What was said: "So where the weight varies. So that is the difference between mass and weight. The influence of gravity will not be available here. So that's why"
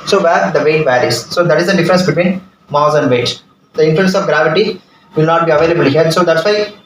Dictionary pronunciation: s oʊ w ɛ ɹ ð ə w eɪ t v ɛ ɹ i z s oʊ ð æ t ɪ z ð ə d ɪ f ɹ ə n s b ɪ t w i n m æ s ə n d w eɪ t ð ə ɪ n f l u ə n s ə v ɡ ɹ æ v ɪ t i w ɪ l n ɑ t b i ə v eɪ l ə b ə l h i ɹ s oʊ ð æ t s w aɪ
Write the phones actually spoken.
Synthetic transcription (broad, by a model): s oʊ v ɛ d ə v eɪ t v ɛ ɹ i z s oʊ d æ t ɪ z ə d ɪ f ɹ ə n s b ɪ t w i n m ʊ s ə n d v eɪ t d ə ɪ n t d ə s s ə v ɡ ɹ æ v ɪ t i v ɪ l n ɑ t b i ə v eɪ l ə b ə l h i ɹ s oʊ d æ t s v aɪ